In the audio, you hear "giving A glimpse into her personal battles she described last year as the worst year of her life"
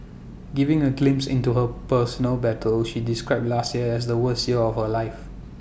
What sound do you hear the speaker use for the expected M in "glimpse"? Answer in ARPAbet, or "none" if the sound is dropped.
M